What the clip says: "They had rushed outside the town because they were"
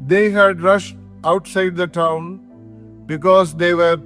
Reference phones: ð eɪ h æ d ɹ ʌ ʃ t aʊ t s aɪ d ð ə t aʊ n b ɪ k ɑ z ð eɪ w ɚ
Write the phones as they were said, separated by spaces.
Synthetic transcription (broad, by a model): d eɪ h æ d ɹ ʌ ʃ t aʊ t s aɪ d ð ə t aʊ n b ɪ k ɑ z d eɪ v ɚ